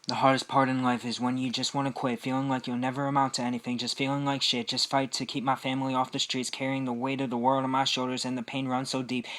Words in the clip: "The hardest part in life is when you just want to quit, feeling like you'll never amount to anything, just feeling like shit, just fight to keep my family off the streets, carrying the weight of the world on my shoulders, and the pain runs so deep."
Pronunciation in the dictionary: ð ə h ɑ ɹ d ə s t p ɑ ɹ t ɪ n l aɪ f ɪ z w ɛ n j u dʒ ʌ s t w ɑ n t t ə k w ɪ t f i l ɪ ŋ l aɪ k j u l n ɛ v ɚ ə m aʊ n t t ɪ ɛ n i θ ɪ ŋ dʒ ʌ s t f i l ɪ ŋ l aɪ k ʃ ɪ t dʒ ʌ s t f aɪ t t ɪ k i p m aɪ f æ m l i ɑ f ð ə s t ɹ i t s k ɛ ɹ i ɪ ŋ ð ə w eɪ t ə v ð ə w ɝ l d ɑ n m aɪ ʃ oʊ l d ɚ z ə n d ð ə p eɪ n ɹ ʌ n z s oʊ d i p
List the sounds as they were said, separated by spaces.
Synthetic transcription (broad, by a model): ð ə h ɑ ɹ d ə s p ɑ ɹ t ɪ n l aɪ f ɪ z w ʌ n j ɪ dʒ ʌ s t w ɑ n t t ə k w ɪ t f i l ɪ ŋ l aɪ k j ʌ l n ɛ v ɚ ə m aʊ n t t ɪ ɛ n i θ ɪ ŋ dʒ ʌ s t f i l ɪ ŋ l aɪ k ʃ ɪ t dʒ ʌ s t f aɪ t t ɪ k i p m aɪ f æ m l i ɑ f ð ə s t ɹ i t s k ɛ ɹ i ɪ ŋ ð ə w eɪ t ə v ð ə w ɝ l d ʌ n m aɪ ʃ oʊ l d ɚ z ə n ð ə p eɪ n ɹ ʌ n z s oʊ d i p